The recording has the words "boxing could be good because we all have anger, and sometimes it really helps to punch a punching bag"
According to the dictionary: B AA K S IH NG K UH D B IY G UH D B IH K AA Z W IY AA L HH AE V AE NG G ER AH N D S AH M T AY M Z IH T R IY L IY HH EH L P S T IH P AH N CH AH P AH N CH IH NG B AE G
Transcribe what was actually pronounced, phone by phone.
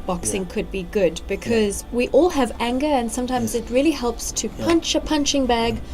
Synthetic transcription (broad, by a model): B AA K S IH NG K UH D B IY G UH D B IH K AA Z W IY AA L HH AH V AE NG G ER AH N S AH M T AY M Z IH T R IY L IY HH EH L P S T IH P AH N CH AH P AH N CH IH NG B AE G